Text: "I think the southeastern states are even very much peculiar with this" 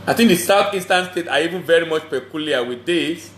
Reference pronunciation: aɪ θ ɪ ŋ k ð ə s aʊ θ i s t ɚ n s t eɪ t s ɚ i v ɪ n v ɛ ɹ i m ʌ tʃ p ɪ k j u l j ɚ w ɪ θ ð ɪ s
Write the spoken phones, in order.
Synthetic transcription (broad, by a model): aɪ θ ɪ ŋ k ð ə s aʊ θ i s t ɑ n s t eɪ t s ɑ i v ɪ n v ɛ ɹ i m ʌ tʃ p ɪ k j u l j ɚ w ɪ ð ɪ s